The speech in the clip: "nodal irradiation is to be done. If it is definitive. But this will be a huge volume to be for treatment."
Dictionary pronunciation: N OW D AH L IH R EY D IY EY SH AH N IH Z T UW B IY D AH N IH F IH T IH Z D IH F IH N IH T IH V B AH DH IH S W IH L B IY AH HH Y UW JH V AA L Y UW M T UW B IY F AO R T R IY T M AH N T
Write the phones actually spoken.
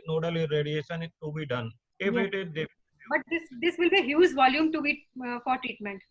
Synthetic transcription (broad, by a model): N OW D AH L IH R EY D IY EY SH AH N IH T UW B IY D AH N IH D IH T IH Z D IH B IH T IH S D IH S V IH L B IY HH Y UW Z V AA L Y UW M T UW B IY F AO R T R IY T M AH N T